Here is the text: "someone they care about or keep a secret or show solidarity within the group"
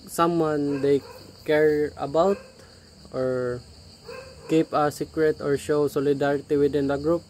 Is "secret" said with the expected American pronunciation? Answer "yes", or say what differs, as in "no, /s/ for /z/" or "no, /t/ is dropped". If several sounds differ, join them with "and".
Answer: yes